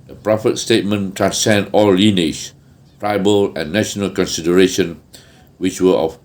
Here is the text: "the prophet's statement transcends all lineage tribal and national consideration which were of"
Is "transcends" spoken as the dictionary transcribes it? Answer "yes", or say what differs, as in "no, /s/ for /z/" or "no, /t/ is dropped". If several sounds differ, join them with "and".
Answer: no, /z/ is dropped